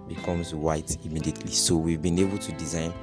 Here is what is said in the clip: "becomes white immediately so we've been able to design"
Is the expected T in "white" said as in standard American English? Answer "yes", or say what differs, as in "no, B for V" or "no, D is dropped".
yes